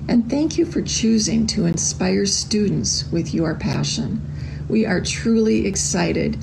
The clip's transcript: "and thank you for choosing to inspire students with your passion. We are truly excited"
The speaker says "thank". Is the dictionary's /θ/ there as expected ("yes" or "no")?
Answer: yes